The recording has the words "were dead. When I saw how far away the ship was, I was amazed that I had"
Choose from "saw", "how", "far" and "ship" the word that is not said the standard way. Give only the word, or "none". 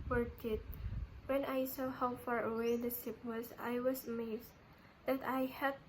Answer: ship